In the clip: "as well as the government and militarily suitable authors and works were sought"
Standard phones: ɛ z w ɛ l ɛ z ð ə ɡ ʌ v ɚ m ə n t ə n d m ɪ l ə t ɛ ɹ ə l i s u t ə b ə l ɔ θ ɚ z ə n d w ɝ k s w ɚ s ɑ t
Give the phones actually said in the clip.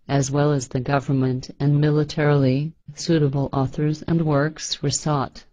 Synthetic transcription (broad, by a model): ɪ z w ɛ l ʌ z ð ə ɡ ʌ v ɚ m ə n t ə n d m ɪ l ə t ɛ ɹ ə l i s u t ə b l ɔ θ ɚ z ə n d w ɝ k s w ɚ s ɑ t